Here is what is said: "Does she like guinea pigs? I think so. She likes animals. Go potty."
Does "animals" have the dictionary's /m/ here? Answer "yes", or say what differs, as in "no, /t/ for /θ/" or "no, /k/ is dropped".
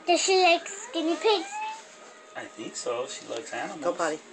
no, /m/ is dropped